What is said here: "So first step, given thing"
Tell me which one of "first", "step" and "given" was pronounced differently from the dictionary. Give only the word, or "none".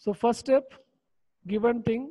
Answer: first